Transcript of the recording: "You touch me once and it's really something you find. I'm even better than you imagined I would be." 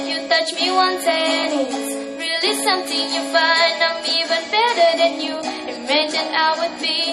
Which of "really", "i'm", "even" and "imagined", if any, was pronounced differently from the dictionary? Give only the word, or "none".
imagined